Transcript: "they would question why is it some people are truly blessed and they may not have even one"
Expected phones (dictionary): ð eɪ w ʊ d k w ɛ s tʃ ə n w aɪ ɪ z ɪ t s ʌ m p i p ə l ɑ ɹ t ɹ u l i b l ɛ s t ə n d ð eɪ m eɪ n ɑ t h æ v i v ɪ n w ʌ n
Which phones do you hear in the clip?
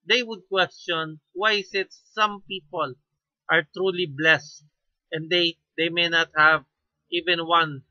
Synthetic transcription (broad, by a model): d eɪ w ʊ d k w ɛ s tʃ ə n w aɪ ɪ s ɪ t s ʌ m p i p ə l ɑ ɹ t ɹ u l i b l ɛ s t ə n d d eɪ m eɪ n ɑ t h æ v i v ɪ n w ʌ n